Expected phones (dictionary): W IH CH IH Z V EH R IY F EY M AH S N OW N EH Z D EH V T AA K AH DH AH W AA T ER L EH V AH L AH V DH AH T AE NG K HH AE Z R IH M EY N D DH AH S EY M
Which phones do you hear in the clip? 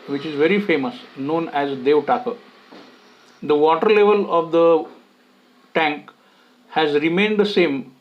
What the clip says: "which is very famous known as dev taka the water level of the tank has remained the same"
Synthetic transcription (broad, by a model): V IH CH IH Z V EH R IY F EY M AH S N OW N EH Z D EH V T AA K AH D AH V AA T ER L EH V AH L AH V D AH T AE NG K HH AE Z R IH M EY N D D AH S EY M